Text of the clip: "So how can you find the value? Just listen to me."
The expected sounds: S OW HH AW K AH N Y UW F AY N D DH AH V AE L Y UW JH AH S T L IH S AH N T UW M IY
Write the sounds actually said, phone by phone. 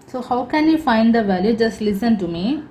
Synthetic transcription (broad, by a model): S OW HH AW K AH N Y UW F AY N D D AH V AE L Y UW JH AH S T L IH S AH N T UW M IY